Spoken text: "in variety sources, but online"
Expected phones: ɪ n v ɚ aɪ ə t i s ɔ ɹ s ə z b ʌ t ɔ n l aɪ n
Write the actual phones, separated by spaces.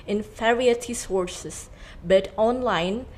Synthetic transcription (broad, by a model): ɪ n f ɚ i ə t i s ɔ ɹ s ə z b ʌ t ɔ n l aɪ n